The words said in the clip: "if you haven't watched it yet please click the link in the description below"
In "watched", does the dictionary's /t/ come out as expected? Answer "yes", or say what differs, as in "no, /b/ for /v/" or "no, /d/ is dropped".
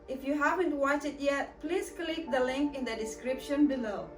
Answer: no, /t/ is dropped